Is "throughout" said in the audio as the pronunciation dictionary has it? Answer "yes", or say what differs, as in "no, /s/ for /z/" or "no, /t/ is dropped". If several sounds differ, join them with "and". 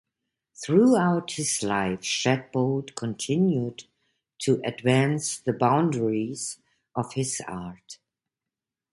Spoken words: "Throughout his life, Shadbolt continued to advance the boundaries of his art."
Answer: yes